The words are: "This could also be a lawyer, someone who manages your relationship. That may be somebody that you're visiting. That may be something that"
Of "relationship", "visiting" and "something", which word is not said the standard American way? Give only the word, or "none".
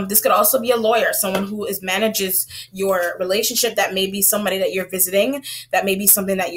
none